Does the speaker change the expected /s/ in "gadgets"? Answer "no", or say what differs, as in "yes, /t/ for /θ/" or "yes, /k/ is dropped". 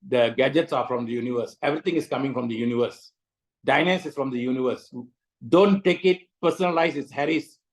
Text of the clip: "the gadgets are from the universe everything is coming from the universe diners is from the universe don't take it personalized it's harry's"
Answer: no